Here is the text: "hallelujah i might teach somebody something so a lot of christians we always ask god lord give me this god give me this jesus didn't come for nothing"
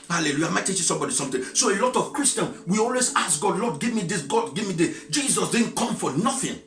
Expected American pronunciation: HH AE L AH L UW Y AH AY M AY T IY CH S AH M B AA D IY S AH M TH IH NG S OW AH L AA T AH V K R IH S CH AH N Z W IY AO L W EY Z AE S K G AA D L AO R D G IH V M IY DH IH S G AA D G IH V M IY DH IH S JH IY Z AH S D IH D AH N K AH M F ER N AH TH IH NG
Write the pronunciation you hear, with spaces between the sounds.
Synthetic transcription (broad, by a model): HH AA L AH L UW Y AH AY M AY T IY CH S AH M B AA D IY S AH M T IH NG S OW AH L AA T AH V K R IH S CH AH N W IY AO L W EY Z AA S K G AA D L AO D G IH V M IY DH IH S G AA D G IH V M IY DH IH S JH IY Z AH S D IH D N K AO M F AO N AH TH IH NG